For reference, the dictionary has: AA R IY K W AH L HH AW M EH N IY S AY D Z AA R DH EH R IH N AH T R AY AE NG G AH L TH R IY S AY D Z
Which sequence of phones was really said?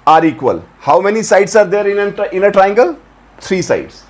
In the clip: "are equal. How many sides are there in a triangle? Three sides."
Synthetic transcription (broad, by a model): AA R IY K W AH L HH AW M EH N IY S AY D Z AA R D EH R IH N AH T R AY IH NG G AH L T R IY S AY D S